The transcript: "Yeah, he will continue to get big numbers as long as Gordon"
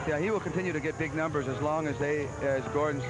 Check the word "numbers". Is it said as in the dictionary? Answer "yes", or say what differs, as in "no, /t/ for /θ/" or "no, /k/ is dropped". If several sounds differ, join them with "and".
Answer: yes